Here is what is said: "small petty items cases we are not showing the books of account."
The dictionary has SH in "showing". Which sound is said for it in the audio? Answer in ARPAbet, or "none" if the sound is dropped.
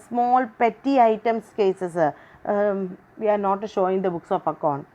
SH